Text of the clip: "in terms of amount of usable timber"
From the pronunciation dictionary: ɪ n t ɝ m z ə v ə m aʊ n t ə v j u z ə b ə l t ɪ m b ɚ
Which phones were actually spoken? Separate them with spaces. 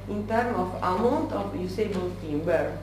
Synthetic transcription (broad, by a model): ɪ n t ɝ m ə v ə m aʊ n t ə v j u s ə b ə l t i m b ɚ